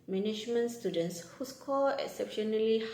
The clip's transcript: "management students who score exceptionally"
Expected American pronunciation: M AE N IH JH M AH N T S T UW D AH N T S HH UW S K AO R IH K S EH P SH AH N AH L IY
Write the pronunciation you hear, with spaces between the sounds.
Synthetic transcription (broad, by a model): M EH N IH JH M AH N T S T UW D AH N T S HH UW S K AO L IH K S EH P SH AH N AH L IY